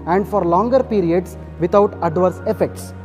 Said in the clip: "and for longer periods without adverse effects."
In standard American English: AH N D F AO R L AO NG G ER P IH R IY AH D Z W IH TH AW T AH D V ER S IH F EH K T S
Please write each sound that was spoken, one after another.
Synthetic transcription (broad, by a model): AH N D F AO R L AO NG G ER P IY R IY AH D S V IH T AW T AH D V ER S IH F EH K T S